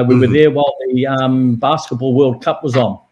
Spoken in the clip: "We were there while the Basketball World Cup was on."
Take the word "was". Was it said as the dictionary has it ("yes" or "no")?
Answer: yes